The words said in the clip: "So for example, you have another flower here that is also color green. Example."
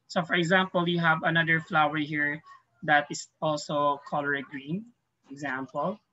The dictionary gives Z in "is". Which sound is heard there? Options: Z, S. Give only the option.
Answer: S